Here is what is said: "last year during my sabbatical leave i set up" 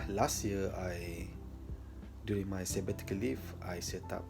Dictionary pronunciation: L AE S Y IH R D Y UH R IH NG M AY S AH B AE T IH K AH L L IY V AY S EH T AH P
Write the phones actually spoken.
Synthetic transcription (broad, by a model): L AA S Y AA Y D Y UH R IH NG M AY S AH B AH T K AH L L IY F AY S EH T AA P